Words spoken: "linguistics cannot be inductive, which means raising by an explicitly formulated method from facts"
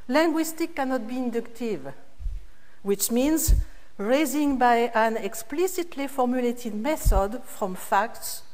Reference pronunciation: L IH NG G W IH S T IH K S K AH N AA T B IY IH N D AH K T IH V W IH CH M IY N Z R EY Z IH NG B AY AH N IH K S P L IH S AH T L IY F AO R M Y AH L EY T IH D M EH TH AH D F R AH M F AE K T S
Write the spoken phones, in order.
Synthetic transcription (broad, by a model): L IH NG G W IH S T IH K K AH N AA T B IY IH N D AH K T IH V W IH CH M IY N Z R EY Z IH NG B AY AH N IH K S P L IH S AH T L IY F AO R M Y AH L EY T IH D M EH TH AH D F R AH M F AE K T S